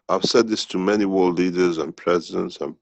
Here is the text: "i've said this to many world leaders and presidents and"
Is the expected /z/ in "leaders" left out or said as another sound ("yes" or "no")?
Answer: no